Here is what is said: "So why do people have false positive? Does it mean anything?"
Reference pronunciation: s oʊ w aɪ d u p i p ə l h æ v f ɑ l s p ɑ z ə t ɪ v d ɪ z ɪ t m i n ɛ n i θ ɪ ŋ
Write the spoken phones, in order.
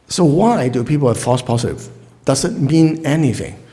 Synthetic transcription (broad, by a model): s oʊ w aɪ d u p i p ə l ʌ f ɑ s p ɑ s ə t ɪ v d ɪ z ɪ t m i n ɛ n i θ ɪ ŋ